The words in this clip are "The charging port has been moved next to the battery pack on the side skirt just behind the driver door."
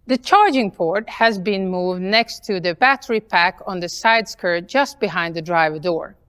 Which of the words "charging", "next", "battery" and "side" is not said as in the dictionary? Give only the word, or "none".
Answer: none